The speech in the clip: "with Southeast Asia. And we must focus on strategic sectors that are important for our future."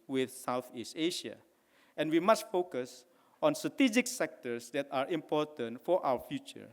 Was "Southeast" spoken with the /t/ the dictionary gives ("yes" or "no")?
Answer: yes